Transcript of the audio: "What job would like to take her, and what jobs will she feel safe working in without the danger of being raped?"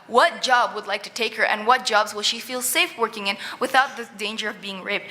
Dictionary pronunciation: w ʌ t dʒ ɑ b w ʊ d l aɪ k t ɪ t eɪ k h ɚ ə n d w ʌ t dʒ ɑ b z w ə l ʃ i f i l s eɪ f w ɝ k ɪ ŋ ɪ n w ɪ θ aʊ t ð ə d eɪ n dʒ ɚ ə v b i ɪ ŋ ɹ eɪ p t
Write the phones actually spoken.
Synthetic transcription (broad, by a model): w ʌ t dʒ ɑ b w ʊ d l aɪ k t ɪ t eɪ k h ɚ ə n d w ʌ t dʒ ɑ b z w ə l ʃ i f i l s eɪ f w ɝ k ɪ ŋ ɪ n w ɪ θ aʊ t ð ə d eɪ n dʒ ɚ ə v b i ɪ ŋ ɹ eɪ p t